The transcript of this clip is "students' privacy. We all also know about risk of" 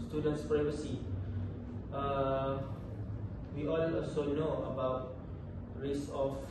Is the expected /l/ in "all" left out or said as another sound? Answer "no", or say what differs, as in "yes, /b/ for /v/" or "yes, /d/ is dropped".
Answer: yes, /n/ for /l/